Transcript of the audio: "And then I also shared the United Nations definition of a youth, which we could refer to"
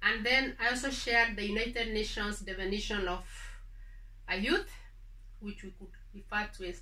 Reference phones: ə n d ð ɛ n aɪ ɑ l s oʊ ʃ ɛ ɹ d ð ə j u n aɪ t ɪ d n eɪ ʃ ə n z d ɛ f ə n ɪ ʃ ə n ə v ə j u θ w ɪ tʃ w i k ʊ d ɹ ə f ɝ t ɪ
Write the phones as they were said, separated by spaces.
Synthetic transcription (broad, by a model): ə n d ð ɛ n aɪ ɑ l s oʊ ʃ ɛ ɹ d ð ə j u n aɪ t ɪ d n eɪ ʃ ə n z d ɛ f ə n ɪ ʃ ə n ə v ə j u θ w ɪ tʃ w i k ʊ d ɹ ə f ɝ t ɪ